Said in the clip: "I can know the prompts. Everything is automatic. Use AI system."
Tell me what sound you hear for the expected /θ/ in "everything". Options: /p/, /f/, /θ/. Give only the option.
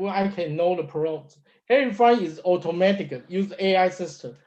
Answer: /f/